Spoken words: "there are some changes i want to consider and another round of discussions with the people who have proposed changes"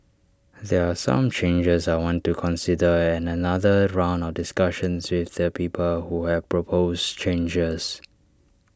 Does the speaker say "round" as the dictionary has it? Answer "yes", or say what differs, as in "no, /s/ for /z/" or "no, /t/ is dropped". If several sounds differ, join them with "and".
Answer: yes